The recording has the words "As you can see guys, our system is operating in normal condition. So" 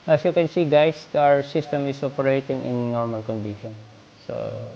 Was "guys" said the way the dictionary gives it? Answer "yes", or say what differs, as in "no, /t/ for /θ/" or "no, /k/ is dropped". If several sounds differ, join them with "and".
no, /s/ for /z/